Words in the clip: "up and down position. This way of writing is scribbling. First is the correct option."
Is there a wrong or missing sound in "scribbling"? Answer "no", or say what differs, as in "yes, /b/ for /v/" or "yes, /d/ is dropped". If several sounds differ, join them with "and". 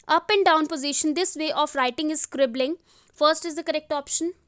no